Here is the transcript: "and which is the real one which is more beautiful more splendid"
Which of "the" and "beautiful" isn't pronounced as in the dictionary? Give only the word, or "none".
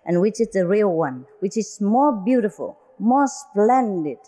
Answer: none